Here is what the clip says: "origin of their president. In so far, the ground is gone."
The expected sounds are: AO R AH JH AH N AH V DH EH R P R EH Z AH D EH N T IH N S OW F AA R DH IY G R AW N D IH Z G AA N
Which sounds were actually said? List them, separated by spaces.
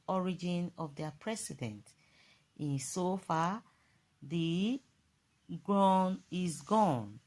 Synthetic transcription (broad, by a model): AO R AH JH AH N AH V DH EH P R EH S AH D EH N T IH N S OW F AA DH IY G R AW N IH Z G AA N